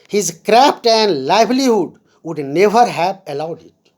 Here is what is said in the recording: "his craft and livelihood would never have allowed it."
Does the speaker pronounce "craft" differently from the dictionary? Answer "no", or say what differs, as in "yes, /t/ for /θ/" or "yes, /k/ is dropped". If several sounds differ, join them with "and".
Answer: yes, /p/ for /f/